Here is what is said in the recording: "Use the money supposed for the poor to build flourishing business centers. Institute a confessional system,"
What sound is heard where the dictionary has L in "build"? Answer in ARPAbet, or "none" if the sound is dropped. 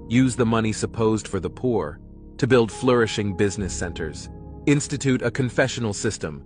L